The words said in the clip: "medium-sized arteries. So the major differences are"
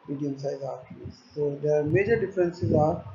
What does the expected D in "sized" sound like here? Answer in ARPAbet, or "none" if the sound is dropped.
none